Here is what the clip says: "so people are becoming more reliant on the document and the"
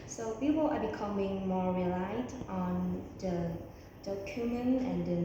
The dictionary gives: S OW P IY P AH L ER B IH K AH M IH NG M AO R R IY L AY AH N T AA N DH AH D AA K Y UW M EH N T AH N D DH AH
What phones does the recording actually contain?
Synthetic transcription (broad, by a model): S OW P IY P AH L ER B IH K AH M IH NG M AO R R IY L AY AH T AA N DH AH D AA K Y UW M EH N AH N D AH